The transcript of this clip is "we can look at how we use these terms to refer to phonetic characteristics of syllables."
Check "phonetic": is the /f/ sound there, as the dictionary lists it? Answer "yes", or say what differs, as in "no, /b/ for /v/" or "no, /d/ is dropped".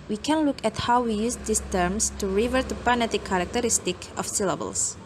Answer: no, /p/ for /f/